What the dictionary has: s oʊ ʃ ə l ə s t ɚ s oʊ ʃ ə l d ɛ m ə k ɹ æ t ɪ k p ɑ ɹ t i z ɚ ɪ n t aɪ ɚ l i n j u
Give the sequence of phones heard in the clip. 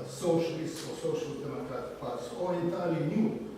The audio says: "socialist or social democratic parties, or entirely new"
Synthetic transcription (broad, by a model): s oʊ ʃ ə l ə s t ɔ s oʊ ʃ ə l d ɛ m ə k ɹ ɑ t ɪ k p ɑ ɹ s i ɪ t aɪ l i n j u